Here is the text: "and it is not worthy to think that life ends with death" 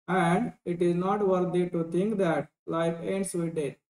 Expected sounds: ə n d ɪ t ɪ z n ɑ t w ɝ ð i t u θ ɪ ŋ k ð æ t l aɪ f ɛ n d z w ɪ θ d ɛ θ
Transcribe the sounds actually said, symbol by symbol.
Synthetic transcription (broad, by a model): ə n d ɪ t ɪ z n ɑ t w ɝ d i t u t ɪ ŋ k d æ t l aɪ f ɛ n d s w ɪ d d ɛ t